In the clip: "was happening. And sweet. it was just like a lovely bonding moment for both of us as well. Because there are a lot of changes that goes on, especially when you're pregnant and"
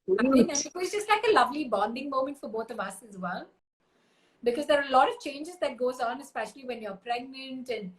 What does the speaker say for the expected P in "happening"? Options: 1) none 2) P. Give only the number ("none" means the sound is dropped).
1